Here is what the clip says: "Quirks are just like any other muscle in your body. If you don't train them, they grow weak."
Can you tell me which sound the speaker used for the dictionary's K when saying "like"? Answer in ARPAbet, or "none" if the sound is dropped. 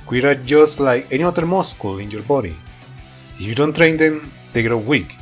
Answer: K